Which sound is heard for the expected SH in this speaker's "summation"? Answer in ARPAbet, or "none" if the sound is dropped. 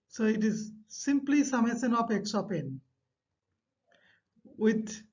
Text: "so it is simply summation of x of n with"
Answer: S